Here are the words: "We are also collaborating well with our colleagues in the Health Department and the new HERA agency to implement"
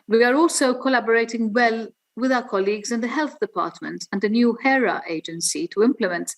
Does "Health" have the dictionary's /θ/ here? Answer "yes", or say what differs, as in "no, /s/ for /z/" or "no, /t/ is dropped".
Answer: yes